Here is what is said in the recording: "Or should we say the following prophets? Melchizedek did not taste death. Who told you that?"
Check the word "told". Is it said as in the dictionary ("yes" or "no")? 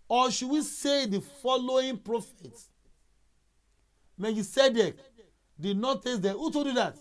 no